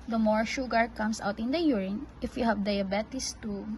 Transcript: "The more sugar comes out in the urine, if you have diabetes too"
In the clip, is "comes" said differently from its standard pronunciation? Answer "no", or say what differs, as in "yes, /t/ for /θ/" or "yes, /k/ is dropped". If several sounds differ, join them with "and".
yes, /s/ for /z/